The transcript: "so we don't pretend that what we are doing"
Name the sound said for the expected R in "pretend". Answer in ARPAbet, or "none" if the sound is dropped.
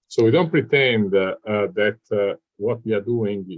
R